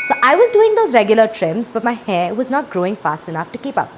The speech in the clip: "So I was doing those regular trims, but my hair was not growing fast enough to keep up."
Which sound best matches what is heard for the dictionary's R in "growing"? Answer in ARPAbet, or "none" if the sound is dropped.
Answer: R